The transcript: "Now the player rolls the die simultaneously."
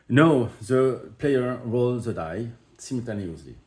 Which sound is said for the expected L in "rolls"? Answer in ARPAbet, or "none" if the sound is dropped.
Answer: L